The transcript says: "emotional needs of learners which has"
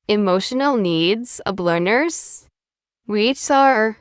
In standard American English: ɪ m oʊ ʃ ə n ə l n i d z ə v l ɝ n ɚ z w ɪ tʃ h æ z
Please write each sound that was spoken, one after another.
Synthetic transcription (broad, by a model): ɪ m oʊ ʃ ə n l n i d z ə b l ɝ n ɚ z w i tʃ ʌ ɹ